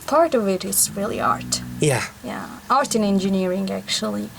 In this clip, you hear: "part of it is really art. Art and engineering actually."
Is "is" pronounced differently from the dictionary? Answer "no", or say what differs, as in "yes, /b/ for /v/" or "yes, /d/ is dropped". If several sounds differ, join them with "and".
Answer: yes, /s/ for /z/